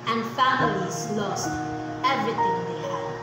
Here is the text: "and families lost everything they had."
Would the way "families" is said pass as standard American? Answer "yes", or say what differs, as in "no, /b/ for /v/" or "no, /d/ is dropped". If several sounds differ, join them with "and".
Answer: yes